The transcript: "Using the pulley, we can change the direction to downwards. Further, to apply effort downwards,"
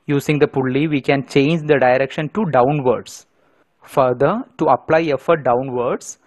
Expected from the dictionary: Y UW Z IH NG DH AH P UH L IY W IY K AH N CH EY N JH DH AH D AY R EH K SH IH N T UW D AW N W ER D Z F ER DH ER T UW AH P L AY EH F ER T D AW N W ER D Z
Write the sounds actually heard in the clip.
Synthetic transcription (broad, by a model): Y UW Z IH NG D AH P UH L IY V IY K AH N CH EY N JH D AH D AY R EH K SH IH N T UW D AW N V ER D S F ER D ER T UW AH P L AY EH F ER T D AW N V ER D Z